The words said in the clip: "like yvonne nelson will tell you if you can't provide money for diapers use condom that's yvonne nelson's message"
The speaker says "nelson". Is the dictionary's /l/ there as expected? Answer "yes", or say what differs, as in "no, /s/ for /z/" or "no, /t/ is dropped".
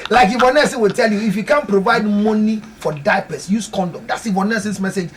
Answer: no, /l/ is dropped